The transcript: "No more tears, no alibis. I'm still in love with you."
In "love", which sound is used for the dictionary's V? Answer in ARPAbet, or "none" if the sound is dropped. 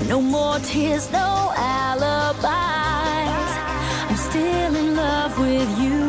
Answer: V